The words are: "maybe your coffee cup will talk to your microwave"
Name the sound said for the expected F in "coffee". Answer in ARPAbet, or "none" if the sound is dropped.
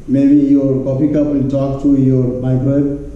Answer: P